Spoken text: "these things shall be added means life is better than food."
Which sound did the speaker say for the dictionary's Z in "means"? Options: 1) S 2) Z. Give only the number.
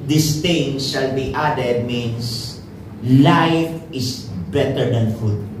1